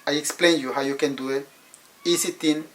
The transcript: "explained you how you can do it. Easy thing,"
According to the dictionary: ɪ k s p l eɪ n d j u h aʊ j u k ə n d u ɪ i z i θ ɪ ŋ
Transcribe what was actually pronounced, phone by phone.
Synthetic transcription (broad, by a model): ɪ k s p l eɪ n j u h aʊ j u k ə n d u ɪ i s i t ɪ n